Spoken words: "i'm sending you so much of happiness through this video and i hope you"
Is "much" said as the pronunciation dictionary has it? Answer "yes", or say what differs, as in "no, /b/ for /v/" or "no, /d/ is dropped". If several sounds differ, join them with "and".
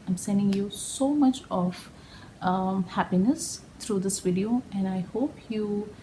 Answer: yes